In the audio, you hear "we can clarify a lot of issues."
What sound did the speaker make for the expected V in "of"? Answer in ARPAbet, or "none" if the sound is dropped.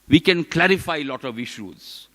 V